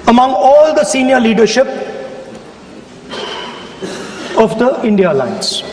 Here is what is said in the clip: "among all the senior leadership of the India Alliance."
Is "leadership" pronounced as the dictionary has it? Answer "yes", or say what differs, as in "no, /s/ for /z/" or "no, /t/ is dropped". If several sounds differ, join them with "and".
yes